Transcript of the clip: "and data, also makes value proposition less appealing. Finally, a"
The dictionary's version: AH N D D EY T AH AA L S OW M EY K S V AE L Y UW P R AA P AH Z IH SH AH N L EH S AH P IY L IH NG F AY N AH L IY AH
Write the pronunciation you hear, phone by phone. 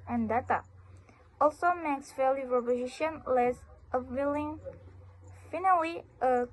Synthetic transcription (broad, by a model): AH N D D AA T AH AA L S OW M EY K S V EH L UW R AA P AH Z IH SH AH N L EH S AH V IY L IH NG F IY N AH W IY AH